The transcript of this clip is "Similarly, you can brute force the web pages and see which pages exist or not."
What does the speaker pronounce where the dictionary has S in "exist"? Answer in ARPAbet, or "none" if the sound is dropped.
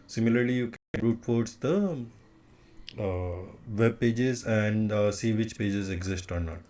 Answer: S